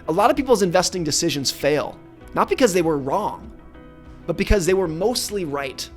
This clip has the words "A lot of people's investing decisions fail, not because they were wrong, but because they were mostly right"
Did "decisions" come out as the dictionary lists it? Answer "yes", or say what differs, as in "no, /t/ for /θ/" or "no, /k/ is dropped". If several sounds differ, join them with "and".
yes